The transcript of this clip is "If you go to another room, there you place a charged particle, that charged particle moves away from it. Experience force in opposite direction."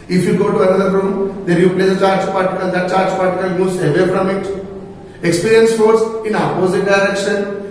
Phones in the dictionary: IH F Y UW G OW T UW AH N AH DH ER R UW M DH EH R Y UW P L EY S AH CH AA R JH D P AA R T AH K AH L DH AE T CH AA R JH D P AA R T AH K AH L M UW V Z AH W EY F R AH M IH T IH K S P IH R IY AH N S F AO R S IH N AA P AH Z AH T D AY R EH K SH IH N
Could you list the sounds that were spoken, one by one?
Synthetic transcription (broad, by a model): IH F Y UW G OW T UW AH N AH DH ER R UW M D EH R Y UW P L EY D AH CH AA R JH P AA R T AH K AH L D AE T CH AA R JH P AA R T AH K AH L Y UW Z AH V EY F R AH M IH T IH K S P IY R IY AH N S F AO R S IH N AA P AH Z AH T D AY R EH K SH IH N